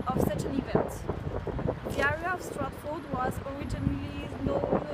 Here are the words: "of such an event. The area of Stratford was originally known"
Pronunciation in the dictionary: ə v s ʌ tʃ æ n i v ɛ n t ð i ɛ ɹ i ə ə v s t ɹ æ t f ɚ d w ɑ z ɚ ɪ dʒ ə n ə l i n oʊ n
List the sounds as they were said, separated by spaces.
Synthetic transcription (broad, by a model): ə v s ʌ tʃ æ n i v ɛ n t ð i ɛ ɹ i ə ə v s t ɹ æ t f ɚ d w ɑ z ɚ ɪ dʒ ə n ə l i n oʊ